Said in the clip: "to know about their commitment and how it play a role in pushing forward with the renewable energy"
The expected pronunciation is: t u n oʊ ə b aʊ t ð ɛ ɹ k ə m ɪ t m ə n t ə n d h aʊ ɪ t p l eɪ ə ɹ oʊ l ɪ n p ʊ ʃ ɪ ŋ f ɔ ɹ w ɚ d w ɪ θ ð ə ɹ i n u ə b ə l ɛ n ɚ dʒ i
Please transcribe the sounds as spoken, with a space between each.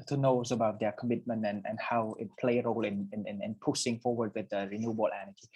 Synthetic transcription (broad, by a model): t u n oʊ ə b aʊ t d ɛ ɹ k ə m ɪ t m ə n t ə n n h aʊ ɪ t p l eɪ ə ɹ oʊ l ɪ n p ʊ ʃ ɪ ŋ f ɔ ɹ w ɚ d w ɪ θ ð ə ɹ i n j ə b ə l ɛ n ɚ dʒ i